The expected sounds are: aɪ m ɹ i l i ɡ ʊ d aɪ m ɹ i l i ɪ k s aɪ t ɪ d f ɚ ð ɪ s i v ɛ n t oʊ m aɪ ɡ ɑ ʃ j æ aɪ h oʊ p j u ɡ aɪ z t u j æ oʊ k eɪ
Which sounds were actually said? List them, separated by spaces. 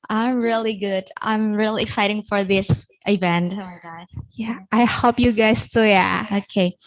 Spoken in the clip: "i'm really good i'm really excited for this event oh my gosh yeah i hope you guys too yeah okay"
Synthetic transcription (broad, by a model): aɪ m ɹ i l i ɡ ʊ d aɪ m ɹ i l i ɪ k s aɪ t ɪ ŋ f ɚ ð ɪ s i v ɛ n t oʊ m aɪ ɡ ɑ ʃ j æ aɪ h oʊ p j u ɡ aɪ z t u j æ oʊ k eɪ